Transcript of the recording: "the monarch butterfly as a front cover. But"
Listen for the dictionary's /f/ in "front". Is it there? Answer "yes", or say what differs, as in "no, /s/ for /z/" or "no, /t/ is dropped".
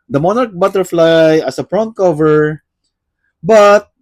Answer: no, /p/ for /f/